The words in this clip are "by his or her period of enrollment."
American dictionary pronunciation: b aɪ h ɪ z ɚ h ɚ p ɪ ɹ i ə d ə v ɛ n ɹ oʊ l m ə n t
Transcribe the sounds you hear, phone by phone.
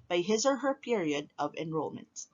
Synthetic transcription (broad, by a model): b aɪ h ɪ z ɚ h ɚ p ɪ ɹ i ə d ə v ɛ n ɹ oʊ l m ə n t